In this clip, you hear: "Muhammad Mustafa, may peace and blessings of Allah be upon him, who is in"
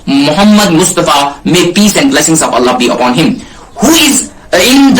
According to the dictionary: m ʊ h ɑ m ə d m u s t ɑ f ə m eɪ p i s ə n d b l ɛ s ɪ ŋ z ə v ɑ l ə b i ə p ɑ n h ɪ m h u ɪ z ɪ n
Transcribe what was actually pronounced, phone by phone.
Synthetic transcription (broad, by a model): m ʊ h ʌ m ə d m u s t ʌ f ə m eɪ p i s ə n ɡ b l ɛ s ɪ ŋ s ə p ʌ l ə b i ə p ɑ n h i m h u ɪ z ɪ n